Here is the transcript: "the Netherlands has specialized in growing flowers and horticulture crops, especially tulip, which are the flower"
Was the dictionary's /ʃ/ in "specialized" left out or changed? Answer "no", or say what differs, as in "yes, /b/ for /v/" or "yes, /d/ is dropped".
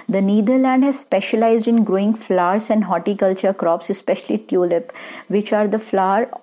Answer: no